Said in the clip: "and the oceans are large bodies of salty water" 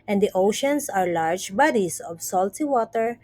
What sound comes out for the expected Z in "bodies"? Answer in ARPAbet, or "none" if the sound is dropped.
S